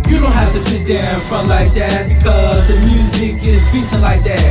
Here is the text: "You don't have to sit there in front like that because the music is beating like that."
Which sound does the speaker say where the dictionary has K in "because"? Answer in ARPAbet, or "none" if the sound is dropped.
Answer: K